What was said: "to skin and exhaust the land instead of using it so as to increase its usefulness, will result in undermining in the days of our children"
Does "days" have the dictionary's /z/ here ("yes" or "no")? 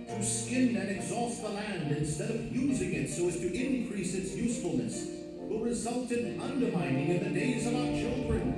yes